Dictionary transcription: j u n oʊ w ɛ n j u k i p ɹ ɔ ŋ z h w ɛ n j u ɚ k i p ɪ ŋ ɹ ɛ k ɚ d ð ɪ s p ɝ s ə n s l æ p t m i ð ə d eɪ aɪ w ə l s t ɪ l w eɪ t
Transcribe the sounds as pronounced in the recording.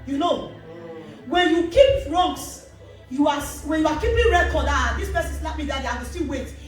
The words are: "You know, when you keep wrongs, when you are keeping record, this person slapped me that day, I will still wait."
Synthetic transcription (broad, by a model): j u n oʊ w ɛ n j u k i p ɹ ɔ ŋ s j w ɛ n j u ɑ k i p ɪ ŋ ɹ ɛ k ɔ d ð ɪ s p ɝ s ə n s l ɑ t m i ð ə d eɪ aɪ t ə s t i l w eɪ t